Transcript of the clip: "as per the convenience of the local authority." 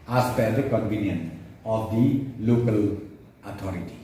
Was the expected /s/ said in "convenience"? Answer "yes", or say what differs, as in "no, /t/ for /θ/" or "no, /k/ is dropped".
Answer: no, /s/ is dropped